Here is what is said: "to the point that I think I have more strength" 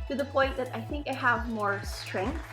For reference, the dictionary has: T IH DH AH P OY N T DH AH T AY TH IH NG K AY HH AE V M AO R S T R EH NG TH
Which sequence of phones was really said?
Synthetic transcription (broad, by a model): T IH DH AH P OY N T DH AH T AY TH IH NG K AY HH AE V M AO R S T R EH NG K